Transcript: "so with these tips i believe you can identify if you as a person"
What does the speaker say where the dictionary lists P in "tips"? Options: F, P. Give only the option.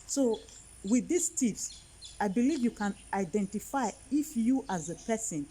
F